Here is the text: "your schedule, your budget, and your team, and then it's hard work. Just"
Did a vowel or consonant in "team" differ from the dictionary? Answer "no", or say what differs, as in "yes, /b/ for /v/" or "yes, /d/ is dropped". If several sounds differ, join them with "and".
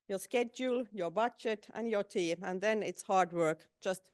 yes, /m/ is dropped